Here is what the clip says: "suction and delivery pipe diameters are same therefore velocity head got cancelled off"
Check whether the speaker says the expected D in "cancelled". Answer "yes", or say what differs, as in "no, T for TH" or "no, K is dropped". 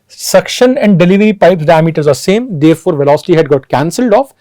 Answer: yes